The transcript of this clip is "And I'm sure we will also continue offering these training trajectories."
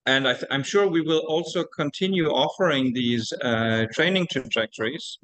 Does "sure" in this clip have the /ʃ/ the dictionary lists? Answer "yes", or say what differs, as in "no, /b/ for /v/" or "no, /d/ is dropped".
yes